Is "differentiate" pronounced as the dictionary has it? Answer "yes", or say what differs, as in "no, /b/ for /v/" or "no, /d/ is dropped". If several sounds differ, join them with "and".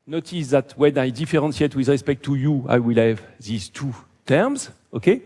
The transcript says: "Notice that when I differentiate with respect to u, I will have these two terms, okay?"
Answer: no, /s/ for /ʃ/